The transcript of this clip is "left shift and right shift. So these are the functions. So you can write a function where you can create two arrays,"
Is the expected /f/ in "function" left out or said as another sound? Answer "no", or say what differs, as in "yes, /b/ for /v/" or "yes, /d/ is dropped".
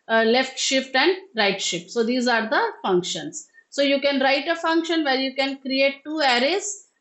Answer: no